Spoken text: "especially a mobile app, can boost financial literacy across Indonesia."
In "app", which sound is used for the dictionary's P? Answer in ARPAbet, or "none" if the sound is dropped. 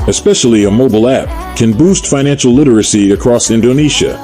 P